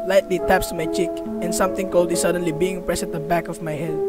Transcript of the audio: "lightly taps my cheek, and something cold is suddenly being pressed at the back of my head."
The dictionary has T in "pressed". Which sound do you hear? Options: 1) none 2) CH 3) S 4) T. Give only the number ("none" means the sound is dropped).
1